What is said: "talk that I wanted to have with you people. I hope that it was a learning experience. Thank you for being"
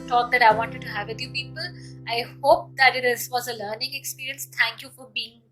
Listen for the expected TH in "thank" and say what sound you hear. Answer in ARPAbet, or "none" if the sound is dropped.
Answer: T